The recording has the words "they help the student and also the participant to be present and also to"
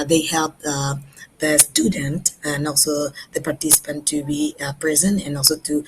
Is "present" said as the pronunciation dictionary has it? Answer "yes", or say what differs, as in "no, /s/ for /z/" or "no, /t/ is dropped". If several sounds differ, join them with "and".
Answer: no, /t/ is dropped